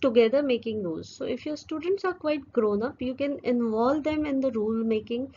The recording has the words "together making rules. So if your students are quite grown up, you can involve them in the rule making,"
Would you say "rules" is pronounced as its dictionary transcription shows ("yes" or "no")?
no